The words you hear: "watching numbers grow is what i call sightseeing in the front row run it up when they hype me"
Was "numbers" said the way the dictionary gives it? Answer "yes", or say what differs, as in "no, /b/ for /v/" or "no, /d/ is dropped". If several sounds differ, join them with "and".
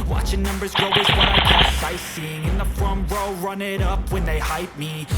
yes